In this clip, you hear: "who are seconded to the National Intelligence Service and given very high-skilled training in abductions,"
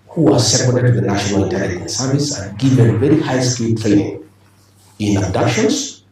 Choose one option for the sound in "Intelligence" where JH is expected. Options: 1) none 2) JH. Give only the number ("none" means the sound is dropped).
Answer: 1